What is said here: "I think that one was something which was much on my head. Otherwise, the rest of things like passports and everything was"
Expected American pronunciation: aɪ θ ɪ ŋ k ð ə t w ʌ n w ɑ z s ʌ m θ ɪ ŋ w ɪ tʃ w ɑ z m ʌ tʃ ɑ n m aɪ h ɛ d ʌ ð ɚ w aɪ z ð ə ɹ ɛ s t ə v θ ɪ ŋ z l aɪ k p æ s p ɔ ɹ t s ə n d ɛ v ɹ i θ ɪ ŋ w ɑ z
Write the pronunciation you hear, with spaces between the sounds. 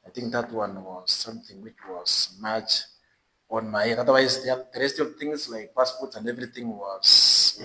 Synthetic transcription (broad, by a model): aɪ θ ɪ ŋ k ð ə t w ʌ n w ɑ z s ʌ m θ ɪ ŋ w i tʃ w ɑ z m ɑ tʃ ɑ n m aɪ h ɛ ɑ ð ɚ w aɪ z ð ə ɹ ɛ s t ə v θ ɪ ŋ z l aɪ k p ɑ s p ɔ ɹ t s ə n d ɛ v ɹ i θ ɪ ŋ w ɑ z